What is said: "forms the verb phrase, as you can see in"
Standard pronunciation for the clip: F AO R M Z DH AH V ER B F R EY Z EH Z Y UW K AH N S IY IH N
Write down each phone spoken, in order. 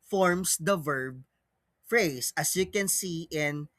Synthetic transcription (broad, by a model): F AO R M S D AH V ER B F R EY S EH S Y UW K AH N S IY IH N